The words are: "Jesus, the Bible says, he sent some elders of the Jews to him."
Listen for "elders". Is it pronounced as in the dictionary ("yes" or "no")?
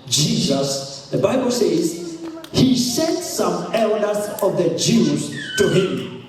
yes